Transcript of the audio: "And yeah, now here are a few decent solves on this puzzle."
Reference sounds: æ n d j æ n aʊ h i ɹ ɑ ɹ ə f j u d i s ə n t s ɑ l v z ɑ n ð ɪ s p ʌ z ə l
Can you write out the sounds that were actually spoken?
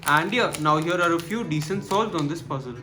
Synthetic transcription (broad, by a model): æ n d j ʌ n aʊ h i ɹ ɑ ɹ ə f j u d i s ə n t s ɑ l z ɑ n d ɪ s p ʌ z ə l